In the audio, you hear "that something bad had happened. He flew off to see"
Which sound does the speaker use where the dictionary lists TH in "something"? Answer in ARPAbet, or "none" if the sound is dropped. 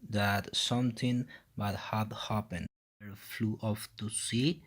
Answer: T